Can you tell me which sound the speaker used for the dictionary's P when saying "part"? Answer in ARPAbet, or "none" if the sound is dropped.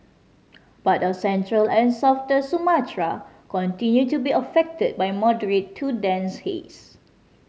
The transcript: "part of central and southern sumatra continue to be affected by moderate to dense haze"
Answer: B